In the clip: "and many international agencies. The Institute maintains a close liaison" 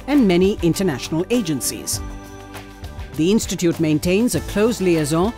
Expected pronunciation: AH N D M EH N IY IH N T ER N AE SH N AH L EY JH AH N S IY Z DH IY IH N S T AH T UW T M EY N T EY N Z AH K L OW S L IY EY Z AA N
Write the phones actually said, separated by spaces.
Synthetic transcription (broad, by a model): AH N M EH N IY IH N T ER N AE SH N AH L EY JH AH N S IY Z DH IY IH N S T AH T UW T M EY N T EY N Z AH K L OW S L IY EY Z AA